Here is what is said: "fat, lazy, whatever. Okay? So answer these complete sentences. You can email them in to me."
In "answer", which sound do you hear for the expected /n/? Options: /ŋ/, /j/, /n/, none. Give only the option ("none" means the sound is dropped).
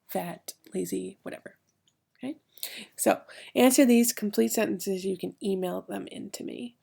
/n/